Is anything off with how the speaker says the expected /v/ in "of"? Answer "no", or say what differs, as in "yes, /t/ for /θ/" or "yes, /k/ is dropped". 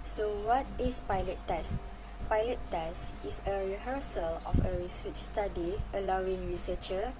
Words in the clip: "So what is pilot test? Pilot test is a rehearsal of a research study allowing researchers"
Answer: yes, /f/ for /v/